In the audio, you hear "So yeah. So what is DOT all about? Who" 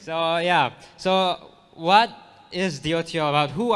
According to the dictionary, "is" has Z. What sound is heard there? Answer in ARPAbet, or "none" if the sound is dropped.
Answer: Z